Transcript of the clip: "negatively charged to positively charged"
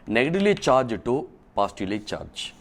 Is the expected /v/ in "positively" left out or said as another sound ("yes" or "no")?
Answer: yes